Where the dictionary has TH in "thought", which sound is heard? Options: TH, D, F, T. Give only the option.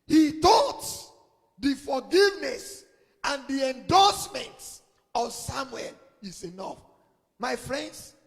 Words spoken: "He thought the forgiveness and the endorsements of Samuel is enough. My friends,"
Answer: T